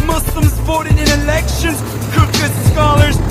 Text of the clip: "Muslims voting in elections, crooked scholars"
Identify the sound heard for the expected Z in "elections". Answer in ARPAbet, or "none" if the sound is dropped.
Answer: none